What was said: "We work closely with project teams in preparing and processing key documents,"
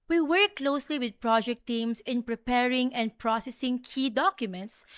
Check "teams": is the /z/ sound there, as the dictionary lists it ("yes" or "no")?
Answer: no